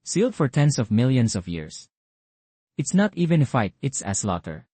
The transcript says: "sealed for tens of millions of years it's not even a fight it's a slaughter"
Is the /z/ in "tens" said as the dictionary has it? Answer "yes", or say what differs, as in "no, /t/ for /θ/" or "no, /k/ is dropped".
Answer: no, /s/ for /z/